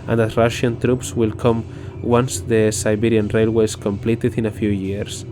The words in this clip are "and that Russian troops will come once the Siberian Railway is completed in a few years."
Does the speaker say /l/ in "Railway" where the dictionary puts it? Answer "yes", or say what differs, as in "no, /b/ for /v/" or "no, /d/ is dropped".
yes